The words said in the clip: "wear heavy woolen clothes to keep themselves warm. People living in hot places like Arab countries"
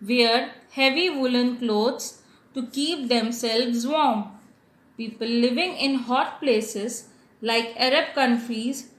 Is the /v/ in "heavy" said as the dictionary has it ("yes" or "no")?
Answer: yes